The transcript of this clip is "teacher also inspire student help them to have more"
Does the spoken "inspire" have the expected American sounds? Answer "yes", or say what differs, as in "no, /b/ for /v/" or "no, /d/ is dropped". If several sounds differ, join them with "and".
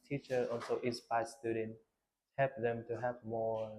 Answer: no, /n/ is dropped